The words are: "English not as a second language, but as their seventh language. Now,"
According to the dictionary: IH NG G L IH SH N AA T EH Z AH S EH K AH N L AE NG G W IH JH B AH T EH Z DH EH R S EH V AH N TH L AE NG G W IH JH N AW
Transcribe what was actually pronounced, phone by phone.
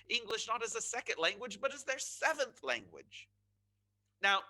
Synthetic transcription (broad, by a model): IH NG G L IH SH N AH T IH Z AH S EH K AH N L AE NG G W IH JH B AH T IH Z DH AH R S EH V AH N TH L AE NG G W IH JH N AW